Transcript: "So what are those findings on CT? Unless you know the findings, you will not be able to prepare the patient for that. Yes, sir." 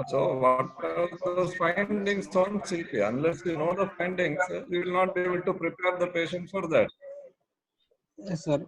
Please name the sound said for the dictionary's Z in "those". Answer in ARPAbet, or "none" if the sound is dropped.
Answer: none